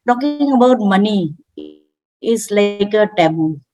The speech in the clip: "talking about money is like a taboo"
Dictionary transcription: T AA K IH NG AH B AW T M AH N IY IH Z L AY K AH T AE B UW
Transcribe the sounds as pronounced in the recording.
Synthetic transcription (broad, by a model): T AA K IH NG AH B AW T M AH N IY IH S L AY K AH T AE B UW